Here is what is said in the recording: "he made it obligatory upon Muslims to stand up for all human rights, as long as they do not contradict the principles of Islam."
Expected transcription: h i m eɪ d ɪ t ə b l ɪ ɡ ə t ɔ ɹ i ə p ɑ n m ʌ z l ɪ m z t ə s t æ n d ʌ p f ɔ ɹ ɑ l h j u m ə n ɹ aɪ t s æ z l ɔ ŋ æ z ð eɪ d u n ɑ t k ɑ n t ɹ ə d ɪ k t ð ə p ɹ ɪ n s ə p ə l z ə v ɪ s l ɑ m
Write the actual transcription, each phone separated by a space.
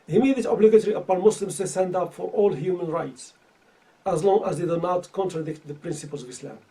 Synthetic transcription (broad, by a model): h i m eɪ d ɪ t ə b l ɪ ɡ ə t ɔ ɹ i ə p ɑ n m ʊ s l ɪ m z t ə s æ n d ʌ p f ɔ ɹ ɑ l h j u m ə n ɹ aɪ t s æ z l ɔ ŋ æ z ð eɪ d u n ɑ t k ɑ n t ɹ ə d ɪ k t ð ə p ɹ ɪ n s ə p ə l z ə v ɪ s l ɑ m